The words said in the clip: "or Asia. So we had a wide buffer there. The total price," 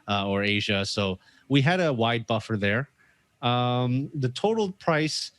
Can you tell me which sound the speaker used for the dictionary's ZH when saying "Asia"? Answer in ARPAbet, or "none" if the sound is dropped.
ZH